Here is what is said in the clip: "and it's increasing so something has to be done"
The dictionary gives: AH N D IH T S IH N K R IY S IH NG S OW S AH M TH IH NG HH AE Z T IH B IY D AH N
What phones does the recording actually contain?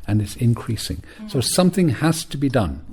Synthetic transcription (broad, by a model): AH N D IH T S IH N K R IY S IH NG S OW S AH M TH IH NG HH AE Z T IH B IY D AH N